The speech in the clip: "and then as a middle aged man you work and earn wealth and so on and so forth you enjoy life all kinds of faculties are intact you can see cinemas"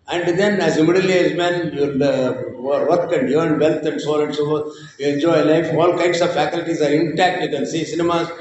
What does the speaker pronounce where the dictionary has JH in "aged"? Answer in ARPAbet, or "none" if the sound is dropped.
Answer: none